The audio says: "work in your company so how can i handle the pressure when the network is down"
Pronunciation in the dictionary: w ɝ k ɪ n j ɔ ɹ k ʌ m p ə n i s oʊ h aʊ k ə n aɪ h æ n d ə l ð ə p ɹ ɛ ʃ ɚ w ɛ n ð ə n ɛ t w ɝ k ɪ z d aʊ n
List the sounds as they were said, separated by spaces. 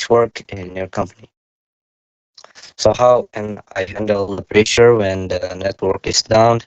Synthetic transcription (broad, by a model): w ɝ k ɪ n j ɔ ɹ k ʌ m p ə n i s oʊ h aʊ k ə n aɪ h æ n d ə l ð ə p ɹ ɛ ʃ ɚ w ɛ n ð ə n ɛ t w ɝ k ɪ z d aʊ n